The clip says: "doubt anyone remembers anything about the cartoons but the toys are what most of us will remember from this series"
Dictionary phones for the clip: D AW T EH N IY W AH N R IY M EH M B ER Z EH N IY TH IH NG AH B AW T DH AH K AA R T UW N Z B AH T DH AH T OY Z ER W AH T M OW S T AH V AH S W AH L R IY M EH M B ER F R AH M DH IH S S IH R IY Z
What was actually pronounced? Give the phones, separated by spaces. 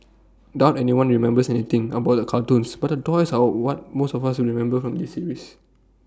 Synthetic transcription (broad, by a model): D AW T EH N IY W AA N R IY M EH M B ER S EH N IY T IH NG AH B AW T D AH K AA L T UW N S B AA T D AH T OY S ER W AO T M OW S T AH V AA S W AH R IY M EH M B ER F R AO M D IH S S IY R IY S